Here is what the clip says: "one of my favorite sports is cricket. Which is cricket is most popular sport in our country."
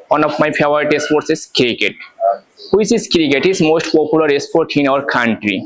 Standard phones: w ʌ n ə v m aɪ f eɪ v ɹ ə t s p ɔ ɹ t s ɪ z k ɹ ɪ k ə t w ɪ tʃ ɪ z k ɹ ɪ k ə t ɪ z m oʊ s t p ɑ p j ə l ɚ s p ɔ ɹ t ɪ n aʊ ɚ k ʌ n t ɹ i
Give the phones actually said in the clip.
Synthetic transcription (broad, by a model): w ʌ n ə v m aɪ p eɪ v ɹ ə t s p ɔ ɹ t s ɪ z k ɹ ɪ k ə t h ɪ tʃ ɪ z k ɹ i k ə t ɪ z m oʊ s t p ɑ p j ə l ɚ s p ɔ ɹ t ɪ n aʊ ɚ k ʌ n t ɹ i